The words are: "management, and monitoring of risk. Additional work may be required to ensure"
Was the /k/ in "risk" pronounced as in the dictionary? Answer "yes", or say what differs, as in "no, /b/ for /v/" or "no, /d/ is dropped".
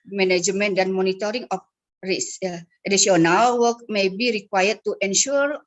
no, /k/ is dropped